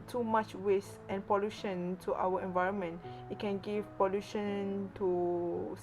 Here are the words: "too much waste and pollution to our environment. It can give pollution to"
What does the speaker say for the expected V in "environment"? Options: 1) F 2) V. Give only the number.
2